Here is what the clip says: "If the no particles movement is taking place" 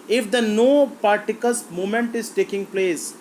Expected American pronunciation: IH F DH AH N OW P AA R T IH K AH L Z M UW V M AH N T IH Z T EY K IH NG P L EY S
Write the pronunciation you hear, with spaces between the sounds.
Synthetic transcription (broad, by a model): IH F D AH N OW P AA R T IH K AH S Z M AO M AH N T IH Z T EY K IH NG P L EY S